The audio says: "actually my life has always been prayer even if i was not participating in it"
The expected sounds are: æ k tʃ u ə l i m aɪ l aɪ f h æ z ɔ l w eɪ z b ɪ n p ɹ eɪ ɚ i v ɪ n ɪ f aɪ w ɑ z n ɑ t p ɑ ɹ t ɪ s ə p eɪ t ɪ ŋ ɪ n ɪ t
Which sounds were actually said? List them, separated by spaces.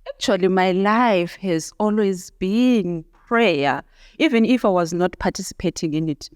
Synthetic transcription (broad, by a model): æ k tʃ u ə l i m aɪ l aɪ f h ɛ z ɔ l w eɪ z b ɪ n p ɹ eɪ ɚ i v ɪ n ɪ f aɪ w ɑ z n ɑ t p ɑ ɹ t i s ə p eɪ t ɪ ŋ ɪ n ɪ t